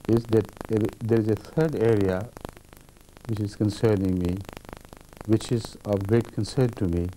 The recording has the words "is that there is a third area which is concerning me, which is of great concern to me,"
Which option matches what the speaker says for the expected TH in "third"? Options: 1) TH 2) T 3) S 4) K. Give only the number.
2